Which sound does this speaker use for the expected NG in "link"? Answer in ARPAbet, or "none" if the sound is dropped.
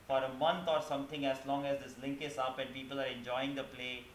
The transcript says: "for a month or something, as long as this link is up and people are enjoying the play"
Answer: NG